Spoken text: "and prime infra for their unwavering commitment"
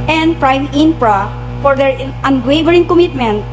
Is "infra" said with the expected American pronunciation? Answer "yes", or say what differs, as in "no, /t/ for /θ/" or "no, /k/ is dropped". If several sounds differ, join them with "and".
no, /p/ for /f/